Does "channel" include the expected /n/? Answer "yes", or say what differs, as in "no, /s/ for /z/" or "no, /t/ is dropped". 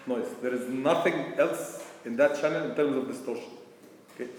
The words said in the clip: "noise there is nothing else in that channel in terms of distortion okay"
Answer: yes